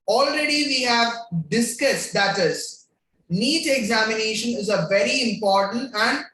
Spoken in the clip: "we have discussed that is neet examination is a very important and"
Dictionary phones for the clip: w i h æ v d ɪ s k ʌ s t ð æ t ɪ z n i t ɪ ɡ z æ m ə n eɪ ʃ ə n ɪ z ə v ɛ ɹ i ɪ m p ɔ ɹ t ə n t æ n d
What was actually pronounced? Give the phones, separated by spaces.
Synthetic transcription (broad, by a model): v i h æ v d ɪ s k ʌ s t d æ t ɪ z n i t ɪ ɡ z æ m ə n eɪ ʃ ə n ɪ z ə v ɛ ɹ i ɪ m p ɔ ɹ t ə n t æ n d